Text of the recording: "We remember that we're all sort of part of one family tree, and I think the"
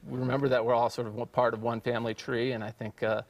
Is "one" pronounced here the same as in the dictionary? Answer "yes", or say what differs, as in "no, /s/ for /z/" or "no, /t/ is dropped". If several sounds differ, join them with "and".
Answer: yes